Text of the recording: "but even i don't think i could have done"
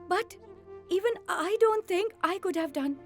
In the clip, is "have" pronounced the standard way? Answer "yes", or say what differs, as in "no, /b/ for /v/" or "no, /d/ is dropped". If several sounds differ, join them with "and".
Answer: yes